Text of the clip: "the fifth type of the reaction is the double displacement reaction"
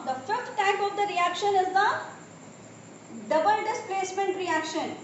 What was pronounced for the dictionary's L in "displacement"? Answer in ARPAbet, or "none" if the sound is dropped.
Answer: none